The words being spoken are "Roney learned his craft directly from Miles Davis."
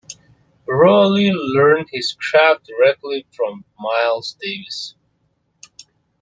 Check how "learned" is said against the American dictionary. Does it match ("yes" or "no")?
yes